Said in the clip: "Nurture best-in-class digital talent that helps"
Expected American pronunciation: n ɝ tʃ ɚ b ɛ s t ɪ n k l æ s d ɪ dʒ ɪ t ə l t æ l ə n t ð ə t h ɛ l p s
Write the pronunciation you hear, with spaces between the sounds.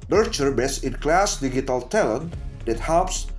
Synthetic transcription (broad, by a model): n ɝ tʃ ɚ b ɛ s ɪ n k l æ s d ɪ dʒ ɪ t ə l t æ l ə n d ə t h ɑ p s